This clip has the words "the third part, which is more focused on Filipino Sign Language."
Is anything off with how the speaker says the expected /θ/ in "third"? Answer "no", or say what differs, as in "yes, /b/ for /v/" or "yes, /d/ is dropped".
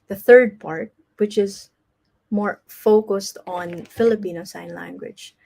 no